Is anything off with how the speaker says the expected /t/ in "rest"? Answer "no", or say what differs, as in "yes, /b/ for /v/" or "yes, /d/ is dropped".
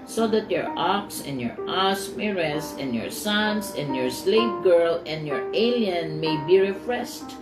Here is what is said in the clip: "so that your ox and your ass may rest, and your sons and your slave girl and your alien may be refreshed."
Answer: yes, /t/ is dropped